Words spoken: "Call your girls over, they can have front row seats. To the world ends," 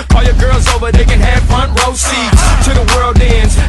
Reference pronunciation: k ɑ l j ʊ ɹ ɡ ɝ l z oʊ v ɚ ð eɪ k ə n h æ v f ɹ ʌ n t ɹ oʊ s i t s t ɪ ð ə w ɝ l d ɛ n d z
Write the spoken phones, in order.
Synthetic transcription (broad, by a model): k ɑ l j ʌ ɹ ɡ ɝ l z oʊ v ɚ ð eɪ k ə n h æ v f ɹ ʌ n t ɹ oʊ s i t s t ɪ ð ə w ɝ l d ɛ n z